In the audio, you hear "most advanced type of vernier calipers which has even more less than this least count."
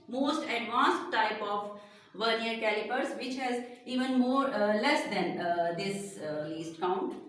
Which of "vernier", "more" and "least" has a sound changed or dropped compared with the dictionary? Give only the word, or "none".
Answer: none